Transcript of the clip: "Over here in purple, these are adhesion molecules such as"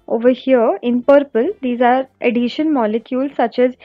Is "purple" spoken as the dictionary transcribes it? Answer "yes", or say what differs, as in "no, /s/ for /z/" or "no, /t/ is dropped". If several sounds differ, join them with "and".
yes